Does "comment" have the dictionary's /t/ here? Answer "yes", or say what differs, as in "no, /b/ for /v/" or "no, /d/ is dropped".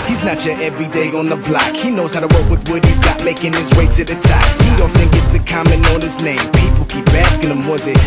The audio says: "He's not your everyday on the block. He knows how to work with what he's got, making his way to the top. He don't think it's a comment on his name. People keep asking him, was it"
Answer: no, /t/ is dropped